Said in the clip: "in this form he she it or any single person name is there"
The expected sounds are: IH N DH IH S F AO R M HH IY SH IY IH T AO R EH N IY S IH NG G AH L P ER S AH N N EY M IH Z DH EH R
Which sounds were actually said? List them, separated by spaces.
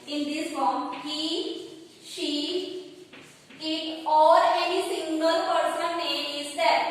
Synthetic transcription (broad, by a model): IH N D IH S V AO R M HH IY SH IY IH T AO R EH N IY S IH NG G AH L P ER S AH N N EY IH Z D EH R